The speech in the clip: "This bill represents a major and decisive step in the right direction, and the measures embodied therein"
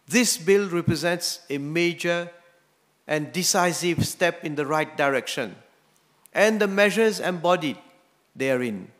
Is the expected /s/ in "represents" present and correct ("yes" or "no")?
yes